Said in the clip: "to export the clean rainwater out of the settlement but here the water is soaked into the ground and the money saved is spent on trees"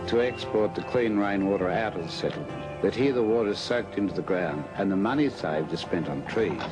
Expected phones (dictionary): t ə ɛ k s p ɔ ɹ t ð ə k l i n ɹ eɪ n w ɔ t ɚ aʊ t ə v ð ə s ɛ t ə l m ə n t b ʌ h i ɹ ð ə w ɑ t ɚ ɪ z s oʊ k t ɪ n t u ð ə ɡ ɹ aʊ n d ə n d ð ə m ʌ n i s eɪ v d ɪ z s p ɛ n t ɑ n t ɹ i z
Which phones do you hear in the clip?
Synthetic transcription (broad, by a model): t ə ɛ k s p ɔ ɹ t ð ə k l i n ɹ eɪ n w ɔ t ɚ aʊ t ə v ð ə s ɛ t l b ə t h i ɹ ð ə w ɑ t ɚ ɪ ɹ s oʊ k t ɪ n t u ð ə ɡ ɹ aʊ n d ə n ð ə m ʌ n i s eɪ v d ɪ z s p ɛ n t n t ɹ i